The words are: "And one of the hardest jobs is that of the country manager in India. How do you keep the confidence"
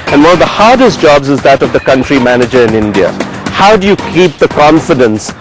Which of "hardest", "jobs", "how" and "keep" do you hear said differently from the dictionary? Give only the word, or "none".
none